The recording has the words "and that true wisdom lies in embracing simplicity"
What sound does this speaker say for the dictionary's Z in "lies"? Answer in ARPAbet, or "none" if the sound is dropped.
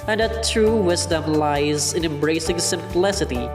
Z